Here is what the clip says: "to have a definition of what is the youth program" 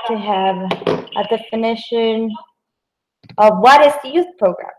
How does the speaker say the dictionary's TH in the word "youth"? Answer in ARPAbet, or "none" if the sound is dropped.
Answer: TH